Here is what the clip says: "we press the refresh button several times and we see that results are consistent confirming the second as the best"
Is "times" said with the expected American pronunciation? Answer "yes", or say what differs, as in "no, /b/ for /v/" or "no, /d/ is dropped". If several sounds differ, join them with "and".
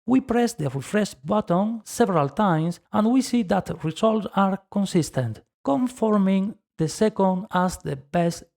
no, /s/ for /z/